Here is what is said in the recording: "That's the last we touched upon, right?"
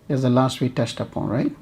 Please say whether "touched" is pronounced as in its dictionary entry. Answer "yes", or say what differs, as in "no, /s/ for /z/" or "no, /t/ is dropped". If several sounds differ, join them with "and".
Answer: no, /s/ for /tʃ/